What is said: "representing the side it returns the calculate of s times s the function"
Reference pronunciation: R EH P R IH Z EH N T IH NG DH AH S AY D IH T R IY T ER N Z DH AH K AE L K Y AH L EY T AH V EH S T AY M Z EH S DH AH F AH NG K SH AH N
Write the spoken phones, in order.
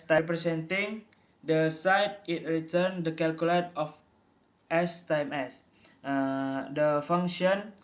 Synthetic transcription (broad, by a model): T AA P R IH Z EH N T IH NG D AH S AY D IH T R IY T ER N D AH K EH L K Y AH L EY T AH F EH S T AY M EH S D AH F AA NG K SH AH N